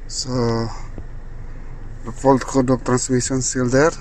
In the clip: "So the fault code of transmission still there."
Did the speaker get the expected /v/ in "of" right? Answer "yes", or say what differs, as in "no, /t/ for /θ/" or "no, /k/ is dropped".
no, /p/ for /v/